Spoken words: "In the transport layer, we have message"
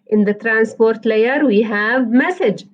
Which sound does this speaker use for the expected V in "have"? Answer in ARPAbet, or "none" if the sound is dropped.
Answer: V